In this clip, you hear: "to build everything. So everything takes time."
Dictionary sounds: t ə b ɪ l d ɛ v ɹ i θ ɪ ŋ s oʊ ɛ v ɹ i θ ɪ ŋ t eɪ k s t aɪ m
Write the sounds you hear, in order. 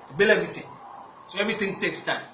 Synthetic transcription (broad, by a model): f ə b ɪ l ɛ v ɹ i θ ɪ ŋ s oʊ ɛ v ɹ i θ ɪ ŋ t eɪ k s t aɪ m